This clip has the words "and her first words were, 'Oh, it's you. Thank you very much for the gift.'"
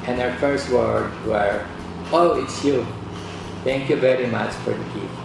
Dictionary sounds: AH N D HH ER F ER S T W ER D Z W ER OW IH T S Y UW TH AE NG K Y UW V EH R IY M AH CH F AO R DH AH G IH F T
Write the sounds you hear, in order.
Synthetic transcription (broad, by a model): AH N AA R F ER S T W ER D W ER OW IH T S Y UW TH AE NG K Y UW V EH R IY M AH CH F AO R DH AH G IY